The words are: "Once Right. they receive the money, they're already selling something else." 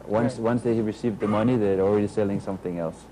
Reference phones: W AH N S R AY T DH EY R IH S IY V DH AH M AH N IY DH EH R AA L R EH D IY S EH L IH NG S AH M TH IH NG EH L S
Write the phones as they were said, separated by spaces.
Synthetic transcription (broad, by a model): W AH N S W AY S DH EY R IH S IY V DH AH M AH N IY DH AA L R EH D IY S EH L IH NG S AH M TH IH NG EH L S